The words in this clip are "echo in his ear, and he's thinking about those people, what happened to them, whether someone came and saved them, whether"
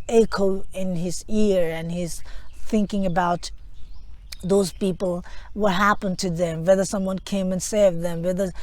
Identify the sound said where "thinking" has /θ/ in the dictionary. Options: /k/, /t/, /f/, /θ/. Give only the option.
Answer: /θ/